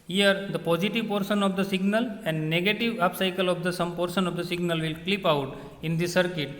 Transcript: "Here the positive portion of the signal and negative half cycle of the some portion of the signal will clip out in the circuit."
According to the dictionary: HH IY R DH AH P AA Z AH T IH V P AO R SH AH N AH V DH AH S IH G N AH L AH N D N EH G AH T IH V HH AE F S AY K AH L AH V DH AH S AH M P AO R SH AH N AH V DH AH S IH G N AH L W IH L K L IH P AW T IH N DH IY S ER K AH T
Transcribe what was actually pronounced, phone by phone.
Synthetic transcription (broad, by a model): HH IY R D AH P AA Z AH T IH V P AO R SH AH N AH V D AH S IH G N AH L AH N D N EH G AH T IH V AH P S AY K AH L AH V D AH S AH M P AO R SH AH N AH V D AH S IH G N AH L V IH L K L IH P AW T IH N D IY S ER K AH T